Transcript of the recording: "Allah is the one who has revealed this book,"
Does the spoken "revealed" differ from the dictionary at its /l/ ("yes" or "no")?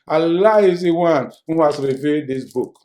yes